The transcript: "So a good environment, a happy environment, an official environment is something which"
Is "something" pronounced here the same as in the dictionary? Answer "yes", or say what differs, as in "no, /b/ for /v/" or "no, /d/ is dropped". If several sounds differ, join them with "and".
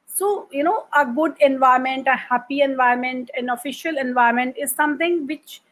no, /t/ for /θ/